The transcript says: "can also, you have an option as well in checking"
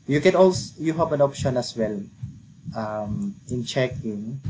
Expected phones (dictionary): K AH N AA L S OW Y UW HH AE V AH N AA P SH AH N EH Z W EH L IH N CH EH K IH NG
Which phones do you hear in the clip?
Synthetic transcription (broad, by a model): K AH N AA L S Y UW HH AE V AH N AA P SH AH N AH S W EH L IH N CH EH K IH NG